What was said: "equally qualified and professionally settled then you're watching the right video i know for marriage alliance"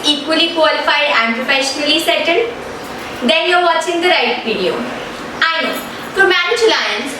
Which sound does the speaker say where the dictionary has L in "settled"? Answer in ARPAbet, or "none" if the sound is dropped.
N